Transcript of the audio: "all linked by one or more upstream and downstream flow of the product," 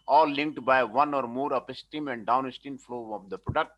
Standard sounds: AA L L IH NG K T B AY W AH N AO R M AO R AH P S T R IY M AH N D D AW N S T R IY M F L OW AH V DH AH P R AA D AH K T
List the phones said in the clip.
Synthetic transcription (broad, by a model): AA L L IH NG K T B AY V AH N AO R M AO R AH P S T IY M AH N D D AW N S T IY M F L OW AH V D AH P R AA D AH K T